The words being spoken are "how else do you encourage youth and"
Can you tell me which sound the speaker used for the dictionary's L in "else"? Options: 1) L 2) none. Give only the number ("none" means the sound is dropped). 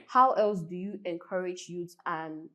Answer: 1